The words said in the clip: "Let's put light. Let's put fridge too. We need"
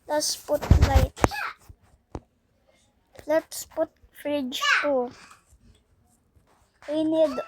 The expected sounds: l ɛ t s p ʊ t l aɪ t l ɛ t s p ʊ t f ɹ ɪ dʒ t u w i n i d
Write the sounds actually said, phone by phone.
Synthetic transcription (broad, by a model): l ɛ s p ʊ t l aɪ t l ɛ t s p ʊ t f ɹ ɪ dʒ t u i n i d